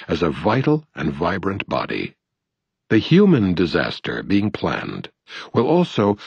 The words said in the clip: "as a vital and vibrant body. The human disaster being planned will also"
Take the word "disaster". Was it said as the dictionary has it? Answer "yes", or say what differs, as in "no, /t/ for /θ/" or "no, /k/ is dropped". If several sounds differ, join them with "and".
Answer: yes